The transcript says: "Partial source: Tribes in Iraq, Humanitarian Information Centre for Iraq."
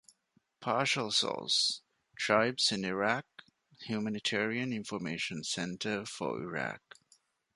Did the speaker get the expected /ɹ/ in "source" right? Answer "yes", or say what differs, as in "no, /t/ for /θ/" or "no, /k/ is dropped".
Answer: no, /l/ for /ɹ/